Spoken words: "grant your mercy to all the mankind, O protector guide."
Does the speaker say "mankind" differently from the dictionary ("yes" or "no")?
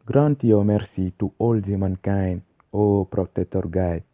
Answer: yes